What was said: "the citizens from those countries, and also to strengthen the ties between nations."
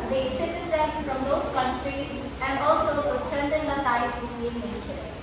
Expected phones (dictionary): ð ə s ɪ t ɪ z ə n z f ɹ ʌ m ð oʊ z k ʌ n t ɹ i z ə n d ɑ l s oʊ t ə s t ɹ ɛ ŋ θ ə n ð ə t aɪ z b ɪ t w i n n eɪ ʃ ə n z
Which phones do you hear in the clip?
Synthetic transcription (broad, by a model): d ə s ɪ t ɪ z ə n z f ɹ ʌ m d oʊ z k ʌ n t ɹ i z ə n d ɑ l s oʊ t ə s t ɹ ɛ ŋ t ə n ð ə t aɪ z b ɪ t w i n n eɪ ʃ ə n